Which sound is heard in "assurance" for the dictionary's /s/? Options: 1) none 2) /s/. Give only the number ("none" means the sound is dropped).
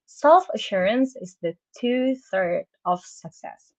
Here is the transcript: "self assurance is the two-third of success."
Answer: 2